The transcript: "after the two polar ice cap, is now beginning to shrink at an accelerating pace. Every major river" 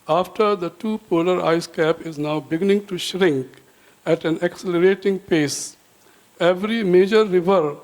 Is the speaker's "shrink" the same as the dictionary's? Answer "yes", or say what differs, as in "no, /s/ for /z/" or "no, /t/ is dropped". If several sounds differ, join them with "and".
yes